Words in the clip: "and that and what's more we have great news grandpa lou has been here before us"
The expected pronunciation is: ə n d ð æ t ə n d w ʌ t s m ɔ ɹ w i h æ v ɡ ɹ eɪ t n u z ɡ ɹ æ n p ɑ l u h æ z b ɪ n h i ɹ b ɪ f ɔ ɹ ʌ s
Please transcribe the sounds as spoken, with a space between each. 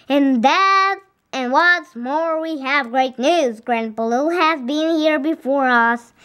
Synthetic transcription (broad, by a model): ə n ð æ t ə n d w ʌ t s m ɔ ɹ w i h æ v ɡ ɹ eɪ t n u z ɡ ɹ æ n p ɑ l u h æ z b ɪ n h i ɹ b ɪ f ɔ ɹ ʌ s